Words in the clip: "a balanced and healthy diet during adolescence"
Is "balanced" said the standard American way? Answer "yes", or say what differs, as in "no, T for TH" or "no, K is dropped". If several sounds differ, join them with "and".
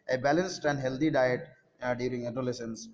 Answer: yes